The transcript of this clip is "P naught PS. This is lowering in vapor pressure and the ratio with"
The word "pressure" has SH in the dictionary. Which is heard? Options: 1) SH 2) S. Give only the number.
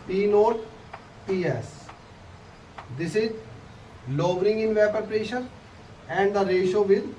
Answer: 1